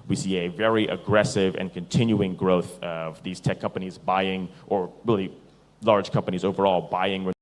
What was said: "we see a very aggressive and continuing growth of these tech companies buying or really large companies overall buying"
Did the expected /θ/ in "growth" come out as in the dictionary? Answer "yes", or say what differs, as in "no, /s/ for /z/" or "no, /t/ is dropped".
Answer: yes